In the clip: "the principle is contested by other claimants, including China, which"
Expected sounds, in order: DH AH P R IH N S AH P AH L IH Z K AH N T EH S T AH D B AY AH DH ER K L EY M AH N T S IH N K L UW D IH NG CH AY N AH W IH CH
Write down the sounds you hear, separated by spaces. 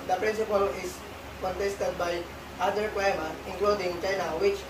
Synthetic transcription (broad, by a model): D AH P R IH N S AH P AH L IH S K AH N T EH S T AH D B AY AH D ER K W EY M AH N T IH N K L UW D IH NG CH AY N AH W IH CH